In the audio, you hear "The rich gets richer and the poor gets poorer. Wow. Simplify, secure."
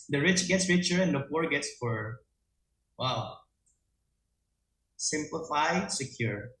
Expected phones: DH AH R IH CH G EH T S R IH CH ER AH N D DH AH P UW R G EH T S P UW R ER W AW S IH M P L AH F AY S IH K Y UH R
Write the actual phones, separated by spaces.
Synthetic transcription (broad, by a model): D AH R IH CH G EH T S R IH CH ER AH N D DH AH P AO R G EH T S F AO R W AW S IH M P L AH F AY S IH K Y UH R